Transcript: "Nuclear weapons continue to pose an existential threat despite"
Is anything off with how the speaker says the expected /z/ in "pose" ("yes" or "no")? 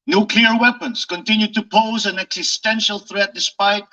no